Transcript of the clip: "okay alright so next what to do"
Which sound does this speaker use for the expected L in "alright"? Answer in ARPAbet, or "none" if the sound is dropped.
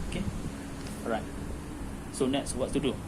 none